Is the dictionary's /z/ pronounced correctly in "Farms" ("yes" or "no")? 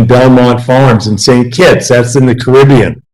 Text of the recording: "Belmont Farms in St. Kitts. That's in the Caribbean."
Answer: yes